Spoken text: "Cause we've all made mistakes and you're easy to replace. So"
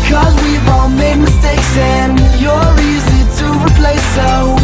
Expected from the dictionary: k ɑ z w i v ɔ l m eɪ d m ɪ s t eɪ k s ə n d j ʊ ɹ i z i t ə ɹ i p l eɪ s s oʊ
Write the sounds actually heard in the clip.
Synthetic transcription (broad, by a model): k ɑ z w i w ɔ n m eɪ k m ɪ s t eɪ k s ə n j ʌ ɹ i z i t ə ɹ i p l eɪ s s oʊ